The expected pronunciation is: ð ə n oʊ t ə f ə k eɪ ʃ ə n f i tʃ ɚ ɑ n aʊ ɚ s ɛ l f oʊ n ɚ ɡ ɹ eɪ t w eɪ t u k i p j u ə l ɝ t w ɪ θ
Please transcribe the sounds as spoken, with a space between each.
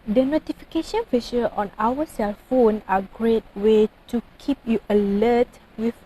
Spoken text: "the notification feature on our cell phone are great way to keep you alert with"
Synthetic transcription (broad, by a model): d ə n oʊ t ə f ə k eɪ ʃ ə n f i ʃ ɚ ɑ n aʊ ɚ s ɛ l f oʊ n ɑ ɡ ɹ eɪ t w eɪ t u k i p j u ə l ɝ t w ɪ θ